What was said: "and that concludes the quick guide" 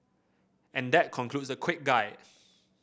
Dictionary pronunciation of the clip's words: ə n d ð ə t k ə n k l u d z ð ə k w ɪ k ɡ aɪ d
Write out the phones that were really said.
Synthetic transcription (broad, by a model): ə n d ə t k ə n k l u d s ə k w ɪ k ɡ aɪ